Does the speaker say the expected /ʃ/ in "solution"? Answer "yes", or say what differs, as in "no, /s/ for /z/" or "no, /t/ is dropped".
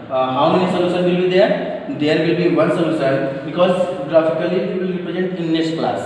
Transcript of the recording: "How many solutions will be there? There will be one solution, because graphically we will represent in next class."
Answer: no, /s/ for /ʃ/